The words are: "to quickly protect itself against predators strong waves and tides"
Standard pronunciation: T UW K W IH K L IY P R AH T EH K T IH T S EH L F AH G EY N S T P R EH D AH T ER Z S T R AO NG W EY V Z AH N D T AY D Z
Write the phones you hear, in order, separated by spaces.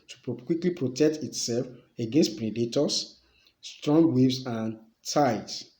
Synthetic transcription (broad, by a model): T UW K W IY K L IY P R AH T EH K T IH T S EH L F AH G EY N S T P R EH D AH T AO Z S T R AO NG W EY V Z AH N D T AY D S